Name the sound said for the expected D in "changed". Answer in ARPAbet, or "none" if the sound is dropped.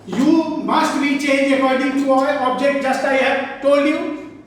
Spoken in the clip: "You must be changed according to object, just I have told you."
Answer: none